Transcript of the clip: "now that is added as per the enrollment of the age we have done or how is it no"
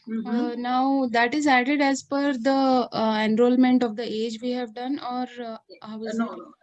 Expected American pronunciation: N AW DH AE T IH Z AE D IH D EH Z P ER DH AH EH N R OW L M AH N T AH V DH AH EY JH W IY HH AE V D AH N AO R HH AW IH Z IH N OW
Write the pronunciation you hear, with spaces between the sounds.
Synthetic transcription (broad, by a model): N AW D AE T IH Z AE D IH D EH Z F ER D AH EH N R OW L M AH N T AH V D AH EY JH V IY HH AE V D AH N AO R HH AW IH IH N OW